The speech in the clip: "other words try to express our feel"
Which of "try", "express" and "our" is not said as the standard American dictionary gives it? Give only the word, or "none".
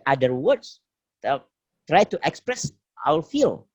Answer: our